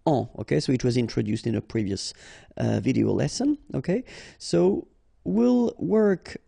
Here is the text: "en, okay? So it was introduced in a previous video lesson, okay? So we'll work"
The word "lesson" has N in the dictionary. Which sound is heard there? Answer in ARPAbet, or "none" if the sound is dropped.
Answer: N